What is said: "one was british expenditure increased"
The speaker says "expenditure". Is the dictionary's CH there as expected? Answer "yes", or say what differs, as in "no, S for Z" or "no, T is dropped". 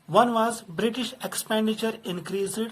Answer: yes